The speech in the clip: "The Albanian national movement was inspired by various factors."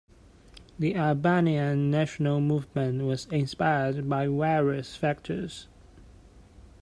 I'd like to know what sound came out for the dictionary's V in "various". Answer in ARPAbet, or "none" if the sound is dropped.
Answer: W